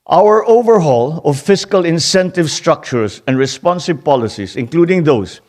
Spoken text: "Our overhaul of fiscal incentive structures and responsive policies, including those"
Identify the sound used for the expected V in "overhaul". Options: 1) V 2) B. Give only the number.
1